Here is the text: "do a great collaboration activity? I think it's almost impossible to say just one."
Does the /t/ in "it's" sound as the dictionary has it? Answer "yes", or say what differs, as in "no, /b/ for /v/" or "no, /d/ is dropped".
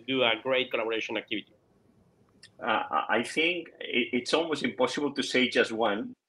yes